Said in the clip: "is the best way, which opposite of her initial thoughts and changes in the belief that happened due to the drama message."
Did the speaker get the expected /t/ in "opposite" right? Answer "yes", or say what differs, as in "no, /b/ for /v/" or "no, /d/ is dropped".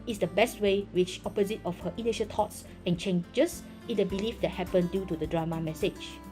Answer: yes